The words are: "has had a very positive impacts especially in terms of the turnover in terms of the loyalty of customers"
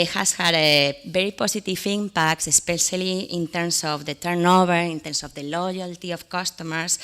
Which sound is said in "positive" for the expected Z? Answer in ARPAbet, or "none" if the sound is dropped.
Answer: S